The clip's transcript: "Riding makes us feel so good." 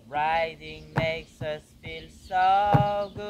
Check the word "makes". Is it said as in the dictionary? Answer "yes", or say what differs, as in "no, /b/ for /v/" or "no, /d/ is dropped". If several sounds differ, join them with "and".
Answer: yes